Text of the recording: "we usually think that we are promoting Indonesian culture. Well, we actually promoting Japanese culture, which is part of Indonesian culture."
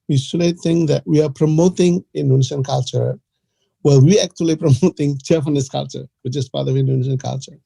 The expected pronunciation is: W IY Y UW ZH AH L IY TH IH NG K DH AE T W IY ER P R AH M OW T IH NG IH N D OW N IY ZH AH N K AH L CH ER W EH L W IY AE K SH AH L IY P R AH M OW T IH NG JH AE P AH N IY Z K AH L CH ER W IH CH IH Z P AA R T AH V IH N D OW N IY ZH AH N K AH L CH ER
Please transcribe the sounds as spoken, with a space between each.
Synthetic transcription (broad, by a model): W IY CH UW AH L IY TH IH NG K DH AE T W IY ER P R AH M OW T IH NG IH N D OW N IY SH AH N K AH L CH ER W EH L W IY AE K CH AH L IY P R AH M OW T IH NG CH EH F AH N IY S K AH L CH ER W IH CH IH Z P AA R T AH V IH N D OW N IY SH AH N K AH L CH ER